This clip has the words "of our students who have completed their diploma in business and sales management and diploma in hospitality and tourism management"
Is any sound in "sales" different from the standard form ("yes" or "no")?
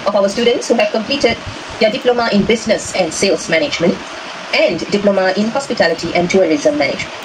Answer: yes